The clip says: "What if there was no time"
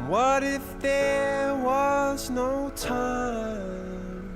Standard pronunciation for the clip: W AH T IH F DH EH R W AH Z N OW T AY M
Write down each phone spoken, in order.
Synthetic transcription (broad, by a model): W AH T IH F DH EH R W AH Z N OW T AY M